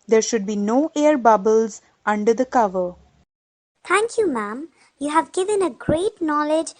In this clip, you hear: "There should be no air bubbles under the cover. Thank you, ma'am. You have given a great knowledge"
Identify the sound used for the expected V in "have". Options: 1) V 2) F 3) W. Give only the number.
1